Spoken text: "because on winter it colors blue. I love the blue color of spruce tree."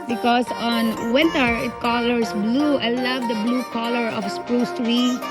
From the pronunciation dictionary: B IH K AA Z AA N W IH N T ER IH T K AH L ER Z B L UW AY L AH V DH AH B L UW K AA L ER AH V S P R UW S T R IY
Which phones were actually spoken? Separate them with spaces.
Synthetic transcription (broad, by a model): B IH K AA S AA N W IH N T ER IH T K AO L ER S B L UW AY L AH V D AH B L UW K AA L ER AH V S P R UW S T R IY